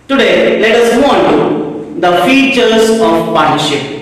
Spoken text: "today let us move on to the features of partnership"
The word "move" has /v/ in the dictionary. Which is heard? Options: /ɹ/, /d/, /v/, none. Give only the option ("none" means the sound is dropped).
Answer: none